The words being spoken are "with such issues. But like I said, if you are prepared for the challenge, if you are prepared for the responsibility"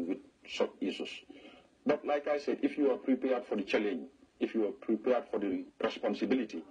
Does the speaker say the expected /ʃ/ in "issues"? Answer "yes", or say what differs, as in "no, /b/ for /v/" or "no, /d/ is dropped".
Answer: no, /s/ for /ʃ/